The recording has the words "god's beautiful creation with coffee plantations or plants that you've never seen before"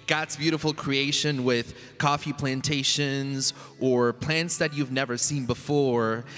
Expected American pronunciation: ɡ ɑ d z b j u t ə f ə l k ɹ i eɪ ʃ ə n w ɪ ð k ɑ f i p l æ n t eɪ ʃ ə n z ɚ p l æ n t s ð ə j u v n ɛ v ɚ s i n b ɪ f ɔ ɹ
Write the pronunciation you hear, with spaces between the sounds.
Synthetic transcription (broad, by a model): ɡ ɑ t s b j u t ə f l k ɹ i eɪ ʃ ə n w ɪ ð k ɑ f i p l æ n t eɪ ʃ ə n z ɚ p l æ n t s ð ə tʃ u v n ɛ v ɚ s i n b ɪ f ɔ ɹ